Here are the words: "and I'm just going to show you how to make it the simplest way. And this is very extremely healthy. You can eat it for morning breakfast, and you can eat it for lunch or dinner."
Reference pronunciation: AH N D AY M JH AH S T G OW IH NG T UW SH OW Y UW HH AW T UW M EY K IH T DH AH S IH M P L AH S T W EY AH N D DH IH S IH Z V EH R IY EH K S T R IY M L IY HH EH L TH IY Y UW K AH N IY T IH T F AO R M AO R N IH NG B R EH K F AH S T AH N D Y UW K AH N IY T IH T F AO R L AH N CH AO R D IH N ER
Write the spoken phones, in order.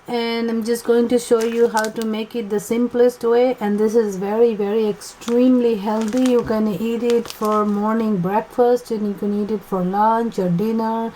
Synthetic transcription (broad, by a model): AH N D AY M JH AH S T G OW IH NG T UW SH OW Y UW HH AW T UW M EY K IH T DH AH S IH M P L AH S T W EY AH N D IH S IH Z V EH R IY EH K S T R IY M L IY HH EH L T IY Y UW K AH N IY T IH T F AO R M AO R N IH NG B R EH K F AH S T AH N Y UW K AH N IY T IH T F AO R L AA N CH AO R D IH N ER